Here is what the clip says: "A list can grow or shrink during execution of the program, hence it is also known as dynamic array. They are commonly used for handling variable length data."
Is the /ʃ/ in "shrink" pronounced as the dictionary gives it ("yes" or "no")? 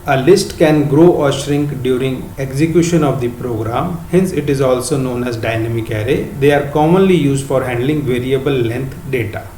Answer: yes